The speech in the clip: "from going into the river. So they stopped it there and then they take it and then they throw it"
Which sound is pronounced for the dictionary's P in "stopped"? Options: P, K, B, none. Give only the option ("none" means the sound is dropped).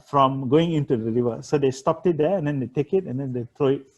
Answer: P